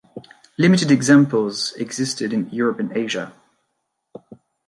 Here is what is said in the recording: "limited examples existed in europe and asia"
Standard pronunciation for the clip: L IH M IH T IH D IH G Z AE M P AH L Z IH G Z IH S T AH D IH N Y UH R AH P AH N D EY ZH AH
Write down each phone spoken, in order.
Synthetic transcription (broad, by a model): L IH M IH T IH D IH G Z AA M P AH L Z IH G Z IH S T AH D IH N Y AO R AH P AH N EY ZH AH